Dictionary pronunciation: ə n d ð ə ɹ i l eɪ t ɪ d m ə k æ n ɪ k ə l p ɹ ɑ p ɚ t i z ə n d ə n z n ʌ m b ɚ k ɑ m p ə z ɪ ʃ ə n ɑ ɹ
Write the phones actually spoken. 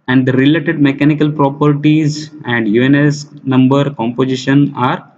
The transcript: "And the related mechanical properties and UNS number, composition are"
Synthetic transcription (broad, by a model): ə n d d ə ɹ i l eɪ t ɪ d m ə k æ n ɪ k ə l p ɹ ɑ p ɚ t i z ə n d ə n s n ʌ m b ɚ k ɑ m p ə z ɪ ʃ ə n ɑ ɹ